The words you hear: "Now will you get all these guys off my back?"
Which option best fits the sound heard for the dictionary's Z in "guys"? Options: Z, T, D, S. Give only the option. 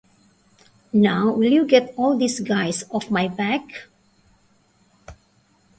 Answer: S